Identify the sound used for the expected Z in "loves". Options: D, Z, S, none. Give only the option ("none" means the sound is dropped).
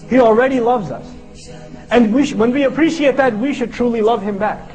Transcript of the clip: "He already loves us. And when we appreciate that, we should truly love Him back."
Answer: Z